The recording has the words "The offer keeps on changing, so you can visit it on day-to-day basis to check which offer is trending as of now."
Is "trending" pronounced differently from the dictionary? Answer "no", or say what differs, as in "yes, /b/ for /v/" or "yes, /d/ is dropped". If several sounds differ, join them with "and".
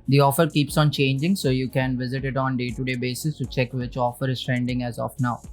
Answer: no